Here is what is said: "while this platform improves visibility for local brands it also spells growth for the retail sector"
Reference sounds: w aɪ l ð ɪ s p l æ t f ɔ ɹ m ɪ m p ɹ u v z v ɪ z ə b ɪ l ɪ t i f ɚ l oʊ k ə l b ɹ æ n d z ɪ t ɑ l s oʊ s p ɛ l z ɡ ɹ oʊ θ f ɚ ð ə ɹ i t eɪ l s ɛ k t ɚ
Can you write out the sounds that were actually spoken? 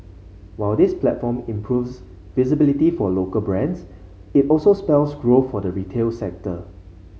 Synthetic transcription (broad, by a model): w aɪ l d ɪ s p l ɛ t f ɔ m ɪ m p ɹ u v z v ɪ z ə b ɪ l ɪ t i f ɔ l oʊ k ə l b ɹ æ n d s ɪ t ɑ l s oʊ s p ɛ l s ɡ ɹ oʊ f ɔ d ə ɹ i t eɪ l s ɛ k t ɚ